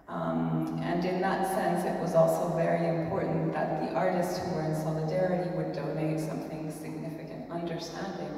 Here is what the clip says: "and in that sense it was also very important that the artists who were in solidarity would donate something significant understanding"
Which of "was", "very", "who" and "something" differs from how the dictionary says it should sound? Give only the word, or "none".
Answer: none